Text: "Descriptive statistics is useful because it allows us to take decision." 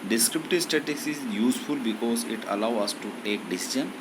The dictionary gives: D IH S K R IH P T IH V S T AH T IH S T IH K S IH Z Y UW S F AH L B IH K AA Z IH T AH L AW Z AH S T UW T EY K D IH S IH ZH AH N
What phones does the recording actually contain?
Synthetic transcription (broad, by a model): D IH S K R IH P T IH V S T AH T T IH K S IH Z Y UW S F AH L B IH K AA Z IH T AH L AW AH S T UW T EY K D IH S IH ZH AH N